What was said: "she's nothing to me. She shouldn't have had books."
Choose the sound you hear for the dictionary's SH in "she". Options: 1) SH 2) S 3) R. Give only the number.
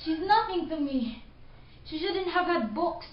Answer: 1